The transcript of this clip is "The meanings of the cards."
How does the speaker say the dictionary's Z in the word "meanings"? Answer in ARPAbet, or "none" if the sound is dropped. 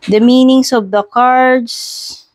S